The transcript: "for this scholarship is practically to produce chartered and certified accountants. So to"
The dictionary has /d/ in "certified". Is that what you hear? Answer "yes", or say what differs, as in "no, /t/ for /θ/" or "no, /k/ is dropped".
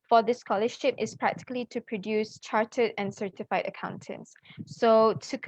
yes